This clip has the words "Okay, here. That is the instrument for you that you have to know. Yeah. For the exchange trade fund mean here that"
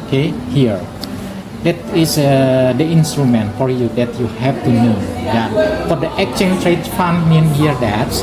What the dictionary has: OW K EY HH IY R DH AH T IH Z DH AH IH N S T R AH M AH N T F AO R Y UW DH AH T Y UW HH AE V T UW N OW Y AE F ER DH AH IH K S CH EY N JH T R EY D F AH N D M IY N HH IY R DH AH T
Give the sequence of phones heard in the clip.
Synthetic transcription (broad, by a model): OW K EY HH IY R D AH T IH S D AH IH N S T R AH M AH N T F AO R Y UW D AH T Y UW HH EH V T UW N OW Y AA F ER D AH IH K CH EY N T R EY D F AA N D M IY N HH IY R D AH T